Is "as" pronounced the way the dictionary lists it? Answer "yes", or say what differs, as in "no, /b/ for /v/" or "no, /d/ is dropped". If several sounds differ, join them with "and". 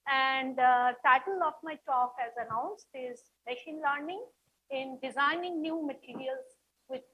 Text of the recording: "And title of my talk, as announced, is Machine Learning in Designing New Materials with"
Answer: yes